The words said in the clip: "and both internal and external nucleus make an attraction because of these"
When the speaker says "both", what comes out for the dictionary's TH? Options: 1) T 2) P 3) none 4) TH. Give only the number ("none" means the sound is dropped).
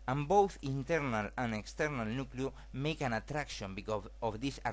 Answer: 4